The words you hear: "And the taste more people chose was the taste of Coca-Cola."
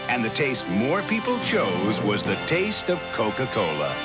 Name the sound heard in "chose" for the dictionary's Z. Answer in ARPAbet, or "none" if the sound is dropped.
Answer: Z